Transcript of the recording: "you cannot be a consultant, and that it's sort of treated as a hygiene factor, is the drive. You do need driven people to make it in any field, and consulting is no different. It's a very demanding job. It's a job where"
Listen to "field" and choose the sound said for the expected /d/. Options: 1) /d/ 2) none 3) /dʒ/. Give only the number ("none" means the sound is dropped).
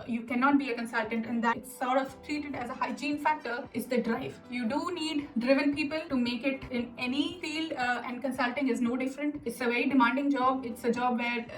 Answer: 2